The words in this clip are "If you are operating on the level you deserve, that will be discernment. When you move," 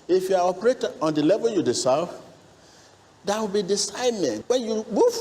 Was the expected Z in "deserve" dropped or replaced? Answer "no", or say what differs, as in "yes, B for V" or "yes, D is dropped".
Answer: yes, S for Z